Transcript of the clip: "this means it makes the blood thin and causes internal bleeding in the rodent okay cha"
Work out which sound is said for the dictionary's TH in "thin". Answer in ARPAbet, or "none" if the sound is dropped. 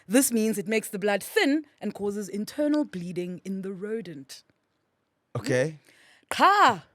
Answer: TH